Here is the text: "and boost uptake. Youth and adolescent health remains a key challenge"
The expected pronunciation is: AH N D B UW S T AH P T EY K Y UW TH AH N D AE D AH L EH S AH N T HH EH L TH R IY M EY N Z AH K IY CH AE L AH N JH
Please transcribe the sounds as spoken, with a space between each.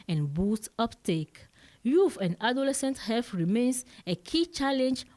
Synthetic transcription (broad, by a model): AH N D B UW S T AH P T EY K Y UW F AH N D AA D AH L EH S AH N T HH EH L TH R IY M EY N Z AH K IY CH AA L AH N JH